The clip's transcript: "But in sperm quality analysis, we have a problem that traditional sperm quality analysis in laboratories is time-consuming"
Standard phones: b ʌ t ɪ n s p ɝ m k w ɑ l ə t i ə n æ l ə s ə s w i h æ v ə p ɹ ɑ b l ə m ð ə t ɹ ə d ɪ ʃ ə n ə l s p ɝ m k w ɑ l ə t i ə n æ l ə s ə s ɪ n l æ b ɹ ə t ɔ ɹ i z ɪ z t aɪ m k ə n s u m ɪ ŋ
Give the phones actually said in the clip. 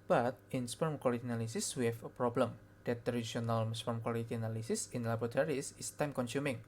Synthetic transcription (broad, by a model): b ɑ t ɪ n s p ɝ m k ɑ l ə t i n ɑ l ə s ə s w i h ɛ f ə p ɹ ɑ b l ə m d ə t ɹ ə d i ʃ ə n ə l s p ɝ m k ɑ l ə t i n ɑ l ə s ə s ɪ n l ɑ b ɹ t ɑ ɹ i s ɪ s t aɪ m k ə n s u m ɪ ŋ